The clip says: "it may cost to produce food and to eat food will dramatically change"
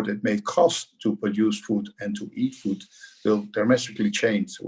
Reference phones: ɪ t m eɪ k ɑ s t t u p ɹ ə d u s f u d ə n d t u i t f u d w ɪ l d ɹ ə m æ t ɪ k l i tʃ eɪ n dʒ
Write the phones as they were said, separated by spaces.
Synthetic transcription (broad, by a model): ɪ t m eɪ k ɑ s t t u p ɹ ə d u s f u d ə n t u i t f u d w ɪ l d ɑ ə m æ s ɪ k l i tʃ eɪ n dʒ